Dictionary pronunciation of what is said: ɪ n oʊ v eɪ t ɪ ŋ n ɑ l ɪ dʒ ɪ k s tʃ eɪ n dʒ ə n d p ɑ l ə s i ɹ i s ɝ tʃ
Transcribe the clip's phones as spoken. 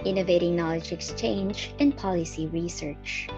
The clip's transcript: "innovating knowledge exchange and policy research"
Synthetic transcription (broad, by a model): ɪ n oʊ v eɪ t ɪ ŋ n ɑ l ɪ dʒ ɪ k s tʃ eɪ n dʒ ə n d p ɑ l ə s i ɹ i s ɝ tʃ